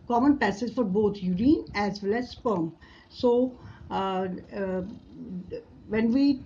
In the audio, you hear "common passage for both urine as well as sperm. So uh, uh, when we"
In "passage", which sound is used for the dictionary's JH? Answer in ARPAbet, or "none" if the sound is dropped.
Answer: Z